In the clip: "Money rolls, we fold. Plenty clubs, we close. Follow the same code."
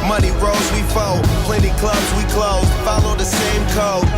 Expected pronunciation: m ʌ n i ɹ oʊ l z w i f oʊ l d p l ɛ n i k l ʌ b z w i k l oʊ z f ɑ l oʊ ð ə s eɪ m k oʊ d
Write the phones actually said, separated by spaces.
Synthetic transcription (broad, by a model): m ʌ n i ɹ oʊ z w i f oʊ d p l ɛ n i k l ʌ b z w i k l oʊ z f ɑ l oʊ ð ə s eɪ m k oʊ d